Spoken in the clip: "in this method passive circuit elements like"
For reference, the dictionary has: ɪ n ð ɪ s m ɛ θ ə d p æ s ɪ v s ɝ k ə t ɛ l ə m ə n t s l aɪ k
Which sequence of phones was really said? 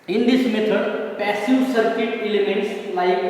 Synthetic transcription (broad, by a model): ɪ n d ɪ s m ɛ t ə d p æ s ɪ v s ɝ k ə t ɛ l ə m ə n t s l aɪ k